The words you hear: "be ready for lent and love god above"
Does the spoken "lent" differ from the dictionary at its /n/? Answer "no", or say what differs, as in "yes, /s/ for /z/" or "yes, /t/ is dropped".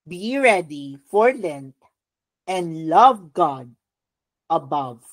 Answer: no